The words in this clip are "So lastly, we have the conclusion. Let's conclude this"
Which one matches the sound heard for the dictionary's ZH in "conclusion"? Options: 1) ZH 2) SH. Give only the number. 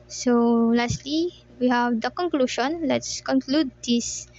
2